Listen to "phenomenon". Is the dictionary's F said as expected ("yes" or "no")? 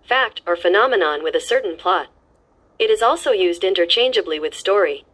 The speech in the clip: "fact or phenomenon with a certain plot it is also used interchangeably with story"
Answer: yes